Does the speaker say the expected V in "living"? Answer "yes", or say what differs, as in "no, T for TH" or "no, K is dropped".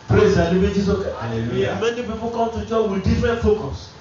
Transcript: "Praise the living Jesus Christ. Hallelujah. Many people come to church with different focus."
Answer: no, B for V